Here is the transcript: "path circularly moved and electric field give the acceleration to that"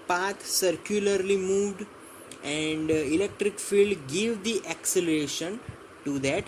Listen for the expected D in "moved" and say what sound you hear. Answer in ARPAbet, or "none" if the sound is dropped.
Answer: D